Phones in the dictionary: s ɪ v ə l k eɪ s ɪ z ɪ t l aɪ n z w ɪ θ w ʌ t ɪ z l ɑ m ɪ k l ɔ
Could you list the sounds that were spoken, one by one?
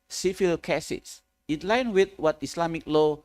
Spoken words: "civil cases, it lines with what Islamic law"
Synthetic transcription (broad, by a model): s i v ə l k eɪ s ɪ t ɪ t l aɪ n w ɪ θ w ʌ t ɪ s l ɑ m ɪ k l ɔ